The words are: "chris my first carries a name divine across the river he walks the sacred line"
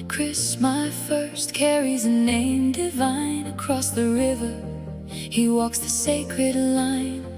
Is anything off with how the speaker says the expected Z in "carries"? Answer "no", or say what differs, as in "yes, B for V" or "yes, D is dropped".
no